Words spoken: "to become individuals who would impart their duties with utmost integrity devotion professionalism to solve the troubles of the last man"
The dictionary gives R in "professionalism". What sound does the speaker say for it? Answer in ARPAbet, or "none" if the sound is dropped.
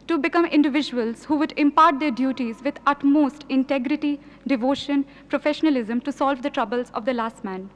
R